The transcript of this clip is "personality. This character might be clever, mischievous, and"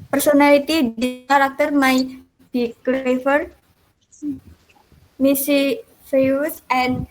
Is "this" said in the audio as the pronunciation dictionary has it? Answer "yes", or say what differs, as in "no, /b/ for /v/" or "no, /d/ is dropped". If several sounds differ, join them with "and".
no, /s/ is dropped